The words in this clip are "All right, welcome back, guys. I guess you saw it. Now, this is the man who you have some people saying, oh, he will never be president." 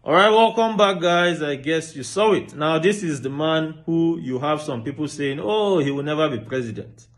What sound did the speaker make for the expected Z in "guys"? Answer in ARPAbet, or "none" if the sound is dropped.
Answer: Z